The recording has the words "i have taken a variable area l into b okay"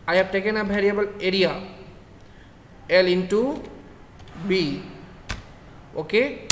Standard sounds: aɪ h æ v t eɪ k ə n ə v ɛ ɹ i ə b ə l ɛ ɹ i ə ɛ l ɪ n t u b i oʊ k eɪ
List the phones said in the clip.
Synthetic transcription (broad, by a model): aɪ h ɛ b t eɪ k ə n ə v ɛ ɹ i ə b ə l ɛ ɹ i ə ɛ l ɪ n t u b i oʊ k eɪ